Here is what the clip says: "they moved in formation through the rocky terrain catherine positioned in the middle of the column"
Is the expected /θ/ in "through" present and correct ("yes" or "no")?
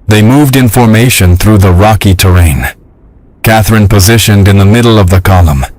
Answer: yes